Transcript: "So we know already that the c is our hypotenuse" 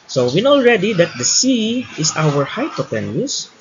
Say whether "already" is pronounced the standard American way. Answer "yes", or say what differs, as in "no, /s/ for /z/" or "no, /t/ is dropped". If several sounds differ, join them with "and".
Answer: yes